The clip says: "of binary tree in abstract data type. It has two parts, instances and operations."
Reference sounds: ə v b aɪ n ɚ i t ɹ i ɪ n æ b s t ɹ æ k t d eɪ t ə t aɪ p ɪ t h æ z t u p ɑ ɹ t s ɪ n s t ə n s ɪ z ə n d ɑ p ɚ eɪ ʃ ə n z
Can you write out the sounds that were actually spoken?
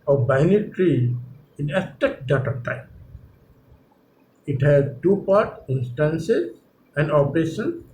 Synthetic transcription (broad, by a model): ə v b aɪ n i t ɹ i ɪ n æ s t ɛ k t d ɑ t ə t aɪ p ɪ t h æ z t u p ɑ ɹ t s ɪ n s t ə n s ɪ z ə n d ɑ p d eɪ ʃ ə n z